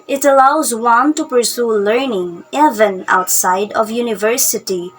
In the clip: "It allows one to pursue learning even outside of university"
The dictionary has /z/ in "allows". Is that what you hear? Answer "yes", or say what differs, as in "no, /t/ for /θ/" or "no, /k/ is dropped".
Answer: yes